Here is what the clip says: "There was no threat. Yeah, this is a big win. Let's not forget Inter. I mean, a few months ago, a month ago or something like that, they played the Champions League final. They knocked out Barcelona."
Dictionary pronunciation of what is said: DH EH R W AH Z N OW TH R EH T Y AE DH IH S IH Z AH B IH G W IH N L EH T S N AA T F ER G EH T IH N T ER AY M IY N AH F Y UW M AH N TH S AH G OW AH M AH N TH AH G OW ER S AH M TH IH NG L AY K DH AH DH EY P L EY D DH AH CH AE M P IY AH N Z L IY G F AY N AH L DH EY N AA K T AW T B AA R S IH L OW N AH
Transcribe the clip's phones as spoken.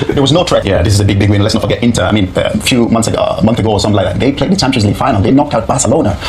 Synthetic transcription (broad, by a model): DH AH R W AH Z N OW T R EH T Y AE DH IH S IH Z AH B IH G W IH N L EH T S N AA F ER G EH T IH N T ER AY M IY N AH F Y UW M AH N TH S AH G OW AH M AH N TH AH G OW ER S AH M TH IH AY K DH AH DH EY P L EY D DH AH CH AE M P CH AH Z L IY F AY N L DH EY N AA K T AW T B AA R S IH L OW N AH